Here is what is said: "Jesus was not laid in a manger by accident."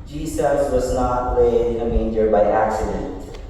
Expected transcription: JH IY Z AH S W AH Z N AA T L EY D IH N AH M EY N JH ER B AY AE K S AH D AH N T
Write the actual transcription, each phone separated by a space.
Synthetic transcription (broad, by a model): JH IY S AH S W AH Z N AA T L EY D IH N AH M EY N JH ER B AY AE K S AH D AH N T